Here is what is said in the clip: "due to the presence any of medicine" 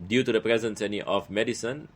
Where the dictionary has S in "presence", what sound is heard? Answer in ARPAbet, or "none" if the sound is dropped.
S